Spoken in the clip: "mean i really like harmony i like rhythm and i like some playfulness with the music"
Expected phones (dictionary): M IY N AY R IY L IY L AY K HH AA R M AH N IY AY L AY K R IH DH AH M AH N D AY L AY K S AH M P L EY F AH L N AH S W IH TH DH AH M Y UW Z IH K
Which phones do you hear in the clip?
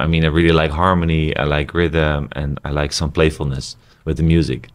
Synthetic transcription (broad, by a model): M IY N AY R IY L IY L AY K HH AA R M AH N IY AY L AY K R IH DH AH M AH N AY L AY K S AH M P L EY F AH L N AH S W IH DH AH M Y UW Z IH K